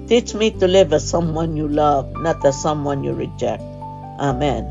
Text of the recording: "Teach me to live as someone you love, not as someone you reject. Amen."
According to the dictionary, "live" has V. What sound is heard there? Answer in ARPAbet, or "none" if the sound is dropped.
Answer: V